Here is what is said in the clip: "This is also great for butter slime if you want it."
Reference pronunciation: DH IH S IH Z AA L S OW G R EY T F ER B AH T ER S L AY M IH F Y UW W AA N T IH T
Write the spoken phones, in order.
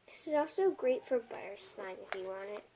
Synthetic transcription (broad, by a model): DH IH S IH Z AA L S OW G R EY T F ER B AH T ER S N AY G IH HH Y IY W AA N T IH T